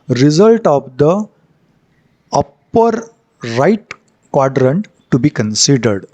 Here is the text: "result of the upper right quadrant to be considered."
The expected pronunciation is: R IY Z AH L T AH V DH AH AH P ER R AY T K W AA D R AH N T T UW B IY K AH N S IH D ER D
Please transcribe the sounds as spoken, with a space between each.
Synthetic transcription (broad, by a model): R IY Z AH L T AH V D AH AH P ER R AY T K W AA D R AH N T T UW B IY K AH N S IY D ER D